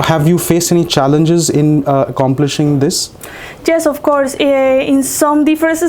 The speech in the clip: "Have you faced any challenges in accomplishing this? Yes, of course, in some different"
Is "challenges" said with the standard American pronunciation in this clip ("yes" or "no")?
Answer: yes